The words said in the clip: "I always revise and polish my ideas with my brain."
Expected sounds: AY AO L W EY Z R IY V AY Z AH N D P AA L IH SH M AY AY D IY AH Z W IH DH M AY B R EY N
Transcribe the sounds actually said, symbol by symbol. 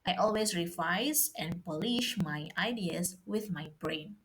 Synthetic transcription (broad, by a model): AY AO L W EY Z R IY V AY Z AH N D P AA L IH SH M AY AY D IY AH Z W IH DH M AY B R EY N